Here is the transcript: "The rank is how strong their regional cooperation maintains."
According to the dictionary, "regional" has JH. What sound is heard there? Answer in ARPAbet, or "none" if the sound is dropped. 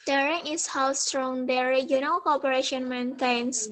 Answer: none